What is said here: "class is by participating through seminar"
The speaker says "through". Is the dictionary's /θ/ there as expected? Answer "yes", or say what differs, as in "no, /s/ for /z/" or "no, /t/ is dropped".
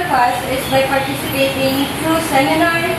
no, /t/ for /θ/